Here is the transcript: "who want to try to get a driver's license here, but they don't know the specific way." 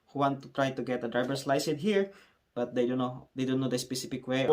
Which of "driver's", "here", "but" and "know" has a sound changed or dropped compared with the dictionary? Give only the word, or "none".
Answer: driver's